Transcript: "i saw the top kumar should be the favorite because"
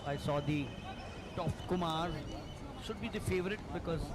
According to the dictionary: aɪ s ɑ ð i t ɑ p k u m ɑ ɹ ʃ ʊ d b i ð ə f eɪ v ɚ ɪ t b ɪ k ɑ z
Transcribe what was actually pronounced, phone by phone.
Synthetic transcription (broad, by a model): aɪ s ɑ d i t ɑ f k u m ɑ ɹ ʃ ʊ d b i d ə f eɪ v ɚ ɪ t b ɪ k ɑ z